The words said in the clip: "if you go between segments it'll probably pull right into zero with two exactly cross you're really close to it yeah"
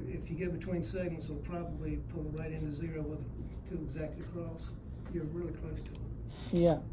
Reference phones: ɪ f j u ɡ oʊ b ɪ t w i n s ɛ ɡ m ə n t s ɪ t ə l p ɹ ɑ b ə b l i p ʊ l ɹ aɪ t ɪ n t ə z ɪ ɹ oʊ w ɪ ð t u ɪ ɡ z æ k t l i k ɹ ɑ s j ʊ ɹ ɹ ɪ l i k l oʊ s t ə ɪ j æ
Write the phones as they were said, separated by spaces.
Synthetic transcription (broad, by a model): ɪ f j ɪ ɡ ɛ b ɪ t w i n s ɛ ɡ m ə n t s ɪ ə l p ɹ ɑ b ə b l i p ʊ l ɹ aɪ t ɪ n t ə z ɪ ɹ oʊ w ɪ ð t u ɪ ɡ z æ k t l i k ɹ ɑ s j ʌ ɹ ɹ ɪ l i k l oʊ s t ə ɪ j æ